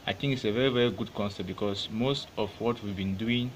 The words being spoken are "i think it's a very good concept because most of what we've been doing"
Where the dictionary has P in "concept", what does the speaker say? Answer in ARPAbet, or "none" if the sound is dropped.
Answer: none